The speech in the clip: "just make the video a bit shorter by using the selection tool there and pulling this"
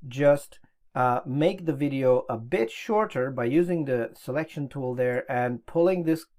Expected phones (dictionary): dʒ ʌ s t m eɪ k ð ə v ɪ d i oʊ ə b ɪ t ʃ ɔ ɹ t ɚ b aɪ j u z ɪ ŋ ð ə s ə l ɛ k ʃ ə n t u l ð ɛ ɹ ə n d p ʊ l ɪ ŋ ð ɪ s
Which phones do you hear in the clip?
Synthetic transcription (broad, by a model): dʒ ʌ s t m eɪ k ð ə v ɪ d i oʊ ə b ɪ t ʃ ɔ ɹ t ɚ b aɪ j u z ɪ ŋ ð ə s ə l ɛ k ʃ ə n t u l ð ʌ ɹ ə n p ʊ l ɪ ŋ ð ɪ s